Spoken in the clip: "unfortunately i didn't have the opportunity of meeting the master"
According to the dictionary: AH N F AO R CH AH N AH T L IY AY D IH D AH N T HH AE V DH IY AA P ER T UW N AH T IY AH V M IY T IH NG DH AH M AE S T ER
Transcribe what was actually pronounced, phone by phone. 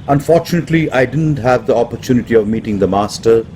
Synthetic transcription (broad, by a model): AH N F AO R CH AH N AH T L IY AY D IH D AH N T HH AE V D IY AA P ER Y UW N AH T IY AH V M IY T IH NG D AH M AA S T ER